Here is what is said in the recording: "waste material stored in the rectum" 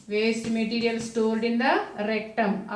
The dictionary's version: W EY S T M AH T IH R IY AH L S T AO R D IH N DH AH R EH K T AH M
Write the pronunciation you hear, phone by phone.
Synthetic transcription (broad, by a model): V EY S T M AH T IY R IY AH L S T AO L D IH N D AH R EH K T AH M